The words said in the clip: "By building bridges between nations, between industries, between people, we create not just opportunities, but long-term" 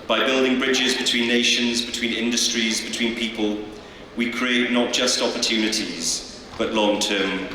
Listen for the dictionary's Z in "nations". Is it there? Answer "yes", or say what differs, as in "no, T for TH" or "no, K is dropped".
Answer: yes